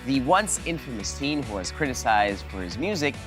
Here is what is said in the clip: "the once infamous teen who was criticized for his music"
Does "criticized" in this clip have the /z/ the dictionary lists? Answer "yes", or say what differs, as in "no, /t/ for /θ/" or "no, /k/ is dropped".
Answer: yes